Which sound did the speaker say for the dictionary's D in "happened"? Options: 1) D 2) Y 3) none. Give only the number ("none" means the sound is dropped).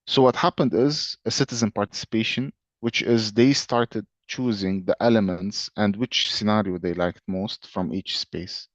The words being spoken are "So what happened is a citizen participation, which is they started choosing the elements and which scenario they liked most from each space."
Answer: 1